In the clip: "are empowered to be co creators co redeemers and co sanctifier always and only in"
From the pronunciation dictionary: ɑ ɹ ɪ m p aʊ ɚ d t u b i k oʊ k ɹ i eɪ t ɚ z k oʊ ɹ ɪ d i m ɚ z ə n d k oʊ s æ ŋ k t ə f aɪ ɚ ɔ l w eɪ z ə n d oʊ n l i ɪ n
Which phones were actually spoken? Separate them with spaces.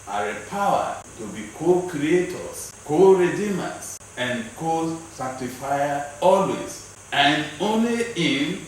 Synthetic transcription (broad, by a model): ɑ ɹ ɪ p aʊ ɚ t u b i k oʊ k ɹ i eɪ t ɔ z k oʊ ɹ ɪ d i m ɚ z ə n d k oʊ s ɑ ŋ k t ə f aɪ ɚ ɔ l w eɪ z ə n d oʊ n l i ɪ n